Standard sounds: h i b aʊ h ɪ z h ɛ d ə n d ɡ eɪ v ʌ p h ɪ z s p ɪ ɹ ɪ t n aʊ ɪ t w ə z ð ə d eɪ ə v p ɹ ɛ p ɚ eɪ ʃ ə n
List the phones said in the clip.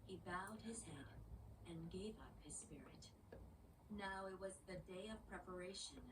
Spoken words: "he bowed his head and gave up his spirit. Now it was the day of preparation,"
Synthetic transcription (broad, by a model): h i b aʊ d ɪ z h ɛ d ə n ɡ eɪ v ʌ p h ɪ z s p ɪ ɹ ɪ t n aʊ ɪ t w ə z ð ə d eɪ ə v p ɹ ɛ p ɚ eɪ ʃ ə n